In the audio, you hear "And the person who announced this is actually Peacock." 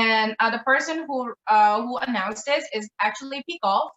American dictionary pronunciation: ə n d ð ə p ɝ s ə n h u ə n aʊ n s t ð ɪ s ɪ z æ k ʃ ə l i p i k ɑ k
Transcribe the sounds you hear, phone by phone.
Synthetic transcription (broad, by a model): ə n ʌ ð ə p ɝ s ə n h u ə n aʊ n s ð ɪ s ɪ z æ k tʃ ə l i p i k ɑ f